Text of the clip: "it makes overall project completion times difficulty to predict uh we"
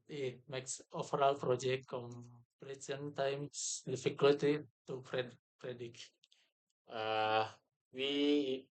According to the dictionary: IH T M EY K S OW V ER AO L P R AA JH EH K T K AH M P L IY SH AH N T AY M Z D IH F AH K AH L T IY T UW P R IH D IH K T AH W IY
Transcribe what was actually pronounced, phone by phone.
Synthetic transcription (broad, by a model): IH T M EY K S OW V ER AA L P R AA JH EH K T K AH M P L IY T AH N T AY M S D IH F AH K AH L T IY T UW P R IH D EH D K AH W IY